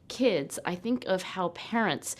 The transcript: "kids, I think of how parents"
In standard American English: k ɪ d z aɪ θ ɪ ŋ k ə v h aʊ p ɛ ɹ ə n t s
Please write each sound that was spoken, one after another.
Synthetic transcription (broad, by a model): k ɪ d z aɪ θ ɪ ŋ k ə v h aʊ p ɛ ɹ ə n t s